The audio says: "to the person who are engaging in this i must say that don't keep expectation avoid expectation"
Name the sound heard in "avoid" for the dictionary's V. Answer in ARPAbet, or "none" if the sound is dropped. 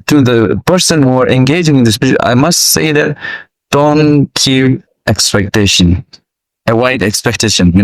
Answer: W